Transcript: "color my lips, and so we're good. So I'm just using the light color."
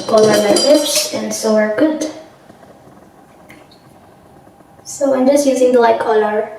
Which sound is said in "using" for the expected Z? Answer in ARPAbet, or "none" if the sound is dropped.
Z